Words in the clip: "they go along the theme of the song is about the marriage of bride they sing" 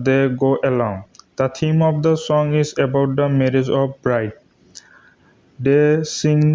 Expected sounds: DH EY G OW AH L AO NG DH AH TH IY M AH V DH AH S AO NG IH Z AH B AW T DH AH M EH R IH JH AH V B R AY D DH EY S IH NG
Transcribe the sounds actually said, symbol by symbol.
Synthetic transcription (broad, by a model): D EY G OW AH L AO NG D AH T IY M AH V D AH S AO NG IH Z AH B AW T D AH M EH R IH JH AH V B R AY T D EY S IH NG